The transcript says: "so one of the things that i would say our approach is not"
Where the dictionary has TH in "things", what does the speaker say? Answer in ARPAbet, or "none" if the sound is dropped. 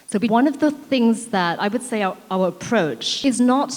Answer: TH